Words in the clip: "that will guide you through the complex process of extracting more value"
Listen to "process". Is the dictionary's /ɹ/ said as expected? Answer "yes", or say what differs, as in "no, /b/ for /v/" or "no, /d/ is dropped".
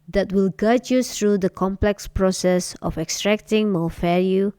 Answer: yes